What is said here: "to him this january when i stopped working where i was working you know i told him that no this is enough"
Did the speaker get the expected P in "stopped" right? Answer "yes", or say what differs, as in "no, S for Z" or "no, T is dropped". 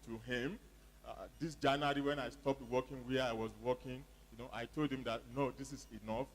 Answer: yes